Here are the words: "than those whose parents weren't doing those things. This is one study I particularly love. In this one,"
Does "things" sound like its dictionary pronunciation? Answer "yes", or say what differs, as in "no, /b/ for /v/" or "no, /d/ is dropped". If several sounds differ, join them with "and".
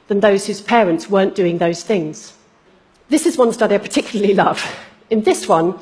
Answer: yes